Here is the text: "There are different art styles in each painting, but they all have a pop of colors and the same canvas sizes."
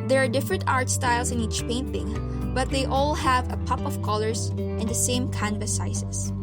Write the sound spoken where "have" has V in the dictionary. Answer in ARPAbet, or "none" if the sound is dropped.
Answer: V